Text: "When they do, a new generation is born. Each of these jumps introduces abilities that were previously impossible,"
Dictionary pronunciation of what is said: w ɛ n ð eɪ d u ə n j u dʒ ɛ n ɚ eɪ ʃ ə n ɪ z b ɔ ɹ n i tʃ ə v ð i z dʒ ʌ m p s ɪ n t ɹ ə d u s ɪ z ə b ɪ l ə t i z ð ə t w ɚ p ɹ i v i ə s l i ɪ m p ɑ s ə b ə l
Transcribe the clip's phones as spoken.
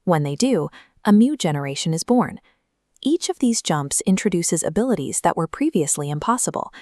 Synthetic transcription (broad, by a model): w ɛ n ð eɪ d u ə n j u dʒ ɛ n ɚ eɪ ʃ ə n ɪ z b ɔ ɹ n i tʃ ə v ð i z dʒ ʌ m p s ɪ n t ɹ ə d u s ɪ z ə b ɪ l ə t i z ð ə t w ɚ p ɹ i v i ə s l i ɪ m p ɑ s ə b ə l